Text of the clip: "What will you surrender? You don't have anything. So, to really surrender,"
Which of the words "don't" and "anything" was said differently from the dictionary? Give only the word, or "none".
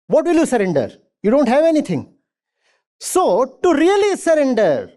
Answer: anything